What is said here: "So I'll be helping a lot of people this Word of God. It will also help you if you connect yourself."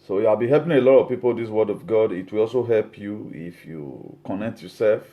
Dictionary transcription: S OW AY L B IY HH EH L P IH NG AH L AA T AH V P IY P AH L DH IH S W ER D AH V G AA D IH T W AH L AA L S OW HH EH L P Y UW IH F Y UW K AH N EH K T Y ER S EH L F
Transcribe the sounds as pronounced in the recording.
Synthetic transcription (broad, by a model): S OW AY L B IY HH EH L P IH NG AH L AA T AH V P IY P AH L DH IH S W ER D AH V G AA D IH T W AH L AA L S OW HH EH L P Y UW IH F Y UW K AH N EH K T Y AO S EH L F